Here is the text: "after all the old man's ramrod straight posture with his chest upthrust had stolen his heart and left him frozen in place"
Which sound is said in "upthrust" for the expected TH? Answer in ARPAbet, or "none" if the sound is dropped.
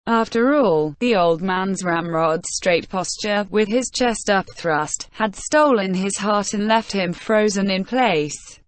TH